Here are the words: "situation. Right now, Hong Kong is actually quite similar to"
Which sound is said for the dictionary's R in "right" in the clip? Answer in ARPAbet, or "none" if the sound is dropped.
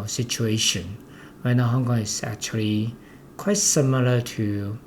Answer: W